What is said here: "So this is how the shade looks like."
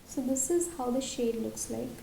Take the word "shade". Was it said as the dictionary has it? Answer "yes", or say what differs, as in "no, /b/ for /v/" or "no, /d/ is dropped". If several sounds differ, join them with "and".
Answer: yes